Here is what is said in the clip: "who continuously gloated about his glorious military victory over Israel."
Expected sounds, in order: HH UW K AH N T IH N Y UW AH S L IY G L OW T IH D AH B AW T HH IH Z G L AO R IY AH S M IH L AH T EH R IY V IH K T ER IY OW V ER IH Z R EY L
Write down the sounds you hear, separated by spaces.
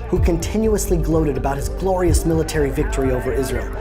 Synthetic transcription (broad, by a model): HH UW K AH N T IH N Y UW AH S L IY G L OW T IH D AH B AW T HH IH Z G L AO R IY AH S M IH L AH T EH R IY V IH K T ER IY OW V ER IH Z R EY L